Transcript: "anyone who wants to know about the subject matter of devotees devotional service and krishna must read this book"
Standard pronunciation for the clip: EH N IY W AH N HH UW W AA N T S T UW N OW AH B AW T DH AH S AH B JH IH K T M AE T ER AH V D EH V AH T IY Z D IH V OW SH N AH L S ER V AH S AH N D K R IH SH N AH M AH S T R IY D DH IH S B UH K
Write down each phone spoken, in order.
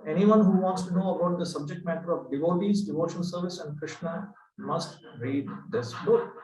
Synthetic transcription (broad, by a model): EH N IY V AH N HH UW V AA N T S T UW N OW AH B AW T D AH S AH B JH IH K T M AE T ER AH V D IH V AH T IY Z D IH V OW SH AH N S ER V AH S AH N D K R IH SH N AH M AH S T R IY D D IH S B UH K